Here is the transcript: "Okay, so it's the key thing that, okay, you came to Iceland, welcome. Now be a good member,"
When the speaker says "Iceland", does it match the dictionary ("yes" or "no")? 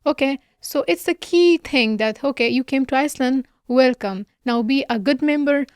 yes